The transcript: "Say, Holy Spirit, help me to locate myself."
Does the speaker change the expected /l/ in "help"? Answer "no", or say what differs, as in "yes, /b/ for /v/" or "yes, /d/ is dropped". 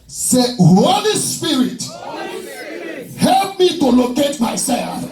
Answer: no